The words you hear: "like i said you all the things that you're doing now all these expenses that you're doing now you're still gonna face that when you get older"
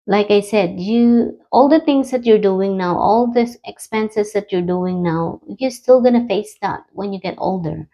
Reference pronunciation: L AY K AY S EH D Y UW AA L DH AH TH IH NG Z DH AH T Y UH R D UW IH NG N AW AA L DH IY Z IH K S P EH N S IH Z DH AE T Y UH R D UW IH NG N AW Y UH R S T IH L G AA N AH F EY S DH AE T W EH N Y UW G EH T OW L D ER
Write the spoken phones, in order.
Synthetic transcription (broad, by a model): L AY K AY S EH D Y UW AA L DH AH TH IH NG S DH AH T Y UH R D UW IH NG N AW AA L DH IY IH K S P EH N S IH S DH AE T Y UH R D UW IH NG N AW Y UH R S T IH L G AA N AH F EY S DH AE T W EH N Y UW G EH T OW L D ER